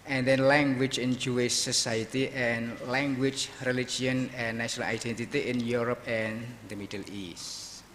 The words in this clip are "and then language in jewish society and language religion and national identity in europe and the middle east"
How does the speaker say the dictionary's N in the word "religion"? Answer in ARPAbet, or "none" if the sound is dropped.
none